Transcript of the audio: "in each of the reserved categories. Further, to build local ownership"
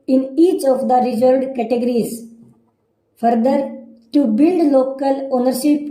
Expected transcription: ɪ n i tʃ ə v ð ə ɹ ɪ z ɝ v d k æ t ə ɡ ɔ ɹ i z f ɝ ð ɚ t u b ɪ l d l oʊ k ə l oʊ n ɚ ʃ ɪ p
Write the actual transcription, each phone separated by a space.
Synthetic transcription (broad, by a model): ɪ n i tʃ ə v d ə ɹ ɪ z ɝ d k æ t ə ɡ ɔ ɹ i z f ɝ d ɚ t u b ɪ l d l oʊ k ə l oʊ n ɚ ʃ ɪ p